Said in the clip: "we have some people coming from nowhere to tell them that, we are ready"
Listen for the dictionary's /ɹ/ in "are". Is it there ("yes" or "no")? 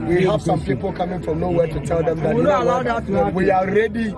no